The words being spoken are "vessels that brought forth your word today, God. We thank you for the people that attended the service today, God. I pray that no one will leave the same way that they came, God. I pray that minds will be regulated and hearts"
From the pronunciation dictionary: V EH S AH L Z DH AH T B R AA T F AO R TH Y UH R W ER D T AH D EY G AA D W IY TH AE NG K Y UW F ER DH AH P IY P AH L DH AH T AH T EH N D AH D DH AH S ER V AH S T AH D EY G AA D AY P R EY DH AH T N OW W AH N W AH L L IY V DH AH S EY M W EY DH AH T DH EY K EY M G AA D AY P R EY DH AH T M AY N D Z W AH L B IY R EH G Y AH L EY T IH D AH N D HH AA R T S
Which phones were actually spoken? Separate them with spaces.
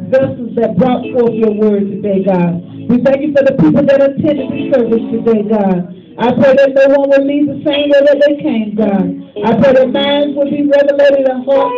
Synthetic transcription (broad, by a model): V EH S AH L Z DH AH T B R AA T F AO R TH Y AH R W ER D T AH D EY G AA D W IY TH AE NG K Y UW F ER DH AH P IY P L DH AH T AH T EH N D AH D DH AH S ER V AH S T AH D EY G AA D AY P R EY DH AH T N OW W AH N W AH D L IY V DH AH S EY M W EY DH AH T DH EY K EY M G AA D AY P R EY DH AH T M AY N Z W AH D B IY R EH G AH L EY T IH D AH N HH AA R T